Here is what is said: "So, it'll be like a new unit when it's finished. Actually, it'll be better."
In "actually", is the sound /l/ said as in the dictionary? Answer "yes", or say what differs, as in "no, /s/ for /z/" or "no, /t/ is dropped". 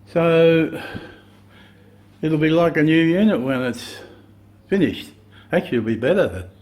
no, /l/ is dropped